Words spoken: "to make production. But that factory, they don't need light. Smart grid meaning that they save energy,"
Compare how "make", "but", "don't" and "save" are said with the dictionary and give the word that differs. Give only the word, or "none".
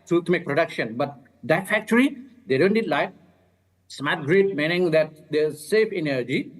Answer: save